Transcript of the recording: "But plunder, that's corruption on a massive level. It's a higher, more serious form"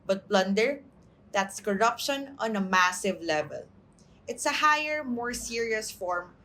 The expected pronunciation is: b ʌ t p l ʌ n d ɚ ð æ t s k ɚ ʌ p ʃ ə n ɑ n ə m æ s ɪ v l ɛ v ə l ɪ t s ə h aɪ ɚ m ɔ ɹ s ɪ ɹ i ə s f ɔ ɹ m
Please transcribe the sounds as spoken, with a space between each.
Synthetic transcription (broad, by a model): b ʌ t b l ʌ n d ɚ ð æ t s k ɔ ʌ p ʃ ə n ɑ n ə m æ s ɪ v l ɛ v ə l ɪ t s ə h aɪ ɚ m ɔ ɹ s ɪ ɹ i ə s f ɔ ɹ m